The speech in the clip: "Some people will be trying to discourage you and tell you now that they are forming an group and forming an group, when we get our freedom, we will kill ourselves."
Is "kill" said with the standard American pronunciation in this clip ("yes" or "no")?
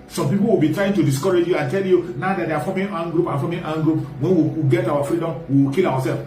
no